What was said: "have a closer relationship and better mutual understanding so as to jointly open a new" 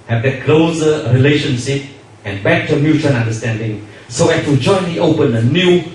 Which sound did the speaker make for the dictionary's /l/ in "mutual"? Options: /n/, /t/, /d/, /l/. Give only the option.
/n/